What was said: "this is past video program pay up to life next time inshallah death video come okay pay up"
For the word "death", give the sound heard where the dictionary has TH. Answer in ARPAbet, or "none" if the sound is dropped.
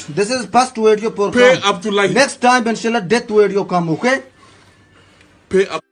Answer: T